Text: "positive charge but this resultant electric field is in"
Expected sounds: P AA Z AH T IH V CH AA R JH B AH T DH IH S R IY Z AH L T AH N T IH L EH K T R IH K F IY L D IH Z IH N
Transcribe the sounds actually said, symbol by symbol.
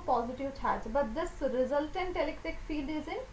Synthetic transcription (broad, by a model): P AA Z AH T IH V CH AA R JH B AH T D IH S R IY Z AH L T AH N T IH L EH K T IH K F IY L D IH Z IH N